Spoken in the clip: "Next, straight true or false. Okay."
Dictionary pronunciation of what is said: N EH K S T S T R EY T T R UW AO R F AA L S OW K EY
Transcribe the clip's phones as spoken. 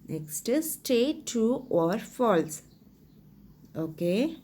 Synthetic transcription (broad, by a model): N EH K S T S T EY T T UW AO R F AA L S OW K EY